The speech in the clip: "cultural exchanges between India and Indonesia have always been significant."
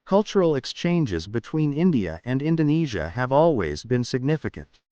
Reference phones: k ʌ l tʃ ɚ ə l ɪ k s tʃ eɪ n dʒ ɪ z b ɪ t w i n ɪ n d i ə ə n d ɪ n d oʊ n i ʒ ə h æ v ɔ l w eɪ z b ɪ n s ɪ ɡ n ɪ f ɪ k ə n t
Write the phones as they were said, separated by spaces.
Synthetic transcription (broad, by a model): k ʌ l tʃ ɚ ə l ɪ k s tʃ eɪ n dʒ ɪ z b ɪ t w i n ɪ n d i ə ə n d ɪ n d oʊ n i ʒ ə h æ v ɔ l w eɪ z b ɪ n s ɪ ɡ n ɪ f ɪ k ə n t